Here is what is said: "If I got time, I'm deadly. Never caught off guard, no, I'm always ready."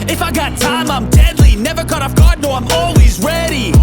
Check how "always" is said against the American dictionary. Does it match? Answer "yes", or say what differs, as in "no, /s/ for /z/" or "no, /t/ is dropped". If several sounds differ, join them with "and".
yes